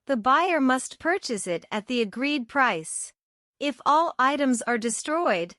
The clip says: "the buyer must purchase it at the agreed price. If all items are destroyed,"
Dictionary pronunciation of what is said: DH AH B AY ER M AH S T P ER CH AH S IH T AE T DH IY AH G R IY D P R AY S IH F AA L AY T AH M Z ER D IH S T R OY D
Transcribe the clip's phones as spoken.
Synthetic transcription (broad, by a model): DH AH B AY ER M AH S T P ER CH AH S IH T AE T DH IY AH G R IY D P R AY S IH F AA L AY T AH M Z ER D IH S T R OY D